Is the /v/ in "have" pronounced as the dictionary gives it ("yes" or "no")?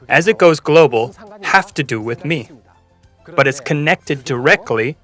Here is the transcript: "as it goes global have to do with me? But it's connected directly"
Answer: no